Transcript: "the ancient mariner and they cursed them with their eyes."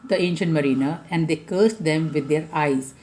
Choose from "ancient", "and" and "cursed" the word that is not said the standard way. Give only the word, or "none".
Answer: none